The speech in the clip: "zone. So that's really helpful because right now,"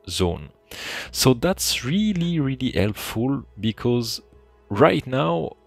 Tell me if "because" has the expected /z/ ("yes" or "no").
yes